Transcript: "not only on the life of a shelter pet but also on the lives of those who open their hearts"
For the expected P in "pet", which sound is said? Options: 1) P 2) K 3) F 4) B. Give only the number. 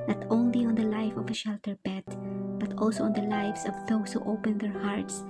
4